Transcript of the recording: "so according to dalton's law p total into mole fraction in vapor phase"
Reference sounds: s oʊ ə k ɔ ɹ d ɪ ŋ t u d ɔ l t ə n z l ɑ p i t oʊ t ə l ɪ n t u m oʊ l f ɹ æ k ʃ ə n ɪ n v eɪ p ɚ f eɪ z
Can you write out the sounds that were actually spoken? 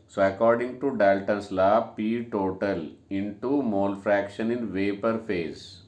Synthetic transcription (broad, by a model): s oʊ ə k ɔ ɹ d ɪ ŋ t u d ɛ l t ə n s l ɑ p i t oʊ t ə l ɪ n t u m oʊ l f ɹ æ k ʃ ə n ɪ n v eɪ p ɚ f eɪ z